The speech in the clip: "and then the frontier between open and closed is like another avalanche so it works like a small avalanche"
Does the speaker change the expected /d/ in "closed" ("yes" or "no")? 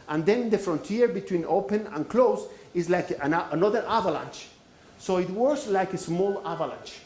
yes